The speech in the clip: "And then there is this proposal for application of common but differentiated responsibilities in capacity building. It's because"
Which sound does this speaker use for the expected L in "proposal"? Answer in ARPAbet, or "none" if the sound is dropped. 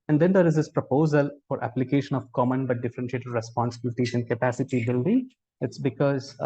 L